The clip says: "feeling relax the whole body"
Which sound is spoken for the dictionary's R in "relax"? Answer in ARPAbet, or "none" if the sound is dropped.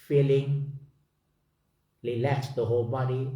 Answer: L